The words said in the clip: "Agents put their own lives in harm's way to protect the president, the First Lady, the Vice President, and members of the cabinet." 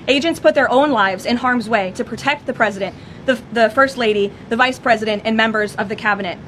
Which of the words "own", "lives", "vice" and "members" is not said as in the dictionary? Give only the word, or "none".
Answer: none